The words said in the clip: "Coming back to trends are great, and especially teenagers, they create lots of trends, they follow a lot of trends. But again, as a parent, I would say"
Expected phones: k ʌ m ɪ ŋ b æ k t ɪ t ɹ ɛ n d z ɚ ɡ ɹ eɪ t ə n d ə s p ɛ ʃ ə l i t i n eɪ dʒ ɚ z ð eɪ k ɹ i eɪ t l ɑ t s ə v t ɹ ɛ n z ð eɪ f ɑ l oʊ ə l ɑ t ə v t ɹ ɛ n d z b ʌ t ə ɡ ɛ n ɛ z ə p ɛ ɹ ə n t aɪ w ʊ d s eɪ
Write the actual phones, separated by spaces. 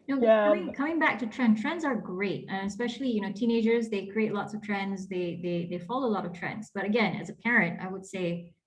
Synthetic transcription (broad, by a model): k ʌ m ɪ ŋ b æ k t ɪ t ɹ ɛ n d z ɚ ɡ ɹ eɪ t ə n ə s p ɛ ʃ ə n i t i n eɪ dʒ ɚ z ð eɪ k ɹ i eɪ t l ɑ t s ə v t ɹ ɛ n z ð eɪ f ɑ l oʊ ə l ɑ t ə v t ɹ ɛ n d z b ʌ t ə ɡ ɛ n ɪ z ə p ɛ ɹ ə n t aɪ w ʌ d s eɪ